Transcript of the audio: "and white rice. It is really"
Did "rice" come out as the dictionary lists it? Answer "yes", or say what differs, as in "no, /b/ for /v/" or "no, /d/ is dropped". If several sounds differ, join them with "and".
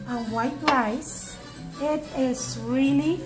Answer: no, /l/ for /ɹ/